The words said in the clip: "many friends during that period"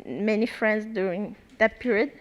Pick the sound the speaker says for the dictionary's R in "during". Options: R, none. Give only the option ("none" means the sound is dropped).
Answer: none